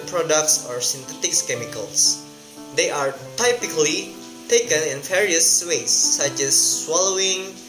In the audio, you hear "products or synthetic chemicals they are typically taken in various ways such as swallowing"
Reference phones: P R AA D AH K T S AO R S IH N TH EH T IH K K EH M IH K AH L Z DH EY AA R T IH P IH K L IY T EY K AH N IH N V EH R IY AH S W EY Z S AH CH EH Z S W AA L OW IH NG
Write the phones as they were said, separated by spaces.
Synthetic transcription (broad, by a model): P R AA D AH K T S AO R S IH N T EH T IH K K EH M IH K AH L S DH EY AA R T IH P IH K L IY T EY K AH N IH N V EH R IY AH S W EY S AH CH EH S W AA L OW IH NG